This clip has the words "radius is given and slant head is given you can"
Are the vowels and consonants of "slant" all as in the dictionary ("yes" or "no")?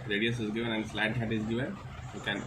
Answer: no